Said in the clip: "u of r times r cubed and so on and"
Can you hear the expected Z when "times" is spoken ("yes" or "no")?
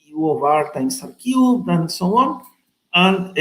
no